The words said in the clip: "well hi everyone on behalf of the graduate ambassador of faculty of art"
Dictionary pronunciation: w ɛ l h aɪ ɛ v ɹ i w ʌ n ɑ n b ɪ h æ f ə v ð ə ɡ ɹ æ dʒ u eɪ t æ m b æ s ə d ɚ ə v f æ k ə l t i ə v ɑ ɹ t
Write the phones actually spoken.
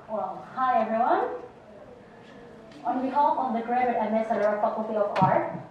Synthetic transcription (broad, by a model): w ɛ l h aɪ ɛ v ɹ i w ʌ n ɑ n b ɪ h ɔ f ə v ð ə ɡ ɹ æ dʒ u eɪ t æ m ɛ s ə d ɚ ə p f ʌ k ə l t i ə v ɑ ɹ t